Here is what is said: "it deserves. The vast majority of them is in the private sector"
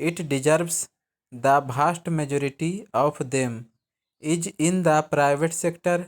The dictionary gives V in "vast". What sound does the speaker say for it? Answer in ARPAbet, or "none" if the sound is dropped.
B